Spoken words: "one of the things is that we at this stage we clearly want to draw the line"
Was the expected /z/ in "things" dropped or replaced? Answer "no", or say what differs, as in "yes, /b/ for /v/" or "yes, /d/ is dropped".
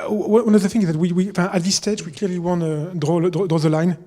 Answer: yes, /z/ is dropped